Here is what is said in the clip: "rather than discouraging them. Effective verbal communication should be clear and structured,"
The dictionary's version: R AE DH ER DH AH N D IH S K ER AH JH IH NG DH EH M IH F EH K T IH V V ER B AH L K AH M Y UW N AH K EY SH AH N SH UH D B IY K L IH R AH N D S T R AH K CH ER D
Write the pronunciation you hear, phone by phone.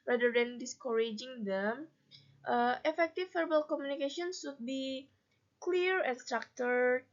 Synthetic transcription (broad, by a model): R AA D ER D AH N D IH S K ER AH JH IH NG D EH M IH F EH K T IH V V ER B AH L K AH M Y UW N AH K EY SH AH N S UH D B IY K L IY R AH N S T R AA K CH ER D